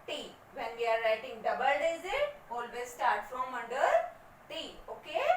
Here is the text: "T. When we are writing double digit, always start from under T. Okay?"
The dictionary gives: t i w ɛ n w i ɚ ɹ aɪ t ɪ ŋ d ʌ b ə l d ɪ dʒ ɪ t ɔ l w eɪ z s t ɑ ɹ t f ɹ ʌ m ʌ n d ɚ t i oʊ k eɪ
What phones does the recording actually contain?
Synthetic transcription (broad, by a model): t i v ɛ n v i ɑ ɹ aɪ t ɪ ŋ d ʌ b ə l d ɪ z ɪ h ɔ l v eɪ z s t ɑ ɹ t f ɹ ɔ m ʌ n d ɚ t i oʊ k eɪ